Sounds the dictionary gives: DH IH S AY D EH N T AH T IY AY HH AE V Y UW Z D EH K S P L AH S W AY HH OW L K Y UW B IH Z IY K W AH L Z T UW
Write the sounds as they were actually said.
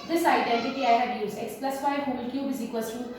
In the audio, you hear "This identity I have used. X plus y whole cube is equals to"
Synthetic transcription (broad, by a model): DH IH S AY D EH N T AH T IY AY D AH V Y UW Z EH K S P L AH S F AY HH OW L K Y UW B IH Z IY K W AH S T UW